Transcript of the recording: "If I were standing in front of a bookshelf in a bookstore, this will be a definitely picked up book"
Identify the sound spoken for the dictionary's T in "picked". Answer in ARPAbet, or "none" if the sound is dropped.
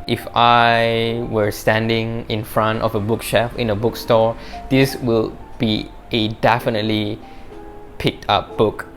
T